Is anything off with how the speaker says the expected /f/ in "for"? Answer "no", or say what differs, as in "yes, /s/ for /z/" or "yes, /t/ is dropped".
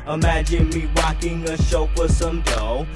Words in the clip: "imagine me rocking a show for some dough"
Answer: yes, /p/ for /f/